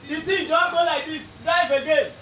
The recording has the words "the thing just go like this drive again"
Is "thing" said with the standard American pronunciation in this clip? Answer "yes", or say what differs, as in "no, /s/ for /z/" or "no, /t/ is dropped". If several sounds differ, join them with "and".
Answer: no, /t/ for /θ/